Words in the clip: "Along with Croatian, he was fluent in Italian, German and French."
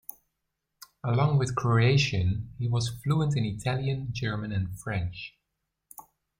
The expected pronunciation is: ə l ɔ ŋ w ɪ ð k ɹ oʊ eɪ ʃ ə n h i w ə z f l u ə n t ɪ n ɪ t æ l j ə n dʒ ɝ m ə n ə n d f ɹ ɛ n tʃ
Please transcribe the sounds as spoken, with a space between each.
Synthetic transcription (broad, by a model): ə l ɔ ŋ w ɪ ð k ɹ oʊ eɪ ʃ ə n h i w ə z f l u ə n t ɪ n ɪ t æ l j ə n dʒ ɝ m ə n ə n f ɹ ɛ n tʃ